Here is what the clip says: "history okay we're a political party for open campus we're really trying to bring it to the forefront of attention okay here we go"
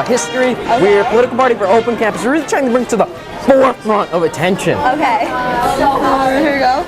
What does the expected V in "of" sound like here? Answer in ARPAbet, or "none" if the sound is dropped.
V